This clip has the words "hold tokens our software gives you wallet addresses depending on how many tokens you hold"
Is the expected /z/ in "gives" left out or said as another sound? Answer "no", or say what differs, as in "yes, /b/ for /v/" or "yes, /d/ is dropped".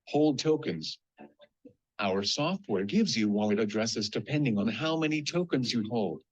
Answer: no